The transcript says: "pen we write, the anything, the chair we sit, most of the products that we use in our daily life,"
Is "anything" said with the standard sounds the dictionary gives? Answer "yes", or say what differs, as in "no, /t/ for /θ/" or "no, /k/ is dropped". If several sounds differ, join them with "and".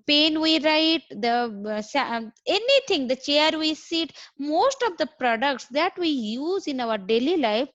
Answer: no, /t/ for /θ/